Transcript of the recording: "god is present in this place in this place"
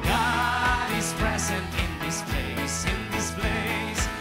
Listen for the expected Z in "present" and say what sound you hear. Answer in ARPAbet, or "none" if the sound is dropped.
Z